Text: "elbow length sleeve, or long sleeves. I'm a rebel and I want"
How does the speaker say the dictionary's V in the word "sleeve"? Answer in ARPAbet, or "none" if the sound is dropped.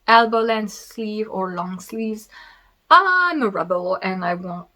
V